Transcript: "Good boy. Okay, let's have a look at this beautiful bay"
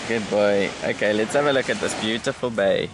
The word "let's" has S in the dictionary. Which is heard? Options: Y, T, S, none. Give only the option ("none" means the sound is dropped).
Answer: S